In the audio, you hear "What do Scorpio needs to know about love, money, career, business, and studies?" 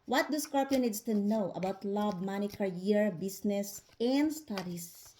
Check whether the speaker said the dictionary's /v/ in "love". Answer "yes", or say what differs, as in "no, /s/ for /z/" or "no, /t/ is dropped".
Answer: no, /b/ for /v/